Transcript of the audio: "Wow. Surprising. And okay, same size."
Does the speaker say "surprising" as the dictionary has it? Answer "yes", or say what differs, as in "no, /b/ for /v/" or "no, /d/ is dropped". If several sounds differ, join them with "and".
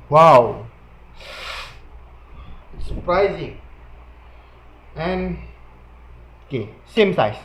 yes